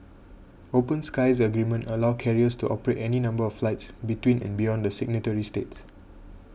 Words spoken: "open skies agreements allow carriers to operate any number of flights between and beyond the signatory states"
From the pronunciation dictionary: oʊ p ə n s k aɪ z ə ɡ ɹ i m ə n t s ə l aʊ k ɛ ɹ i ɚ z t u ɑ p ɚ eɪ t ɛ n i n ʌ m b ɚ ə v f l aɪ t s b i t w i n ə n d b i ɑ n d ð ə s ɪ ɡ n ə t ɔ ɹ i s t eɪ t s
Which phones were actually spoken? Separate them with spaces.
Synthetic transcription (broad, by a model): oʊ p ə n s k aɪ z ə ɡ ɹ i m ə n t ə l aʊ k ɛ ɹ i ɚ s t u ɑ p ɚ eɪ t ɛ n i n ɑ m b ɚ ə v f l aɪ t s b i t w i n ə n b i ɑ n d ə s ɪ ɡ n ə t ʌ ɹ i s t eɪ t s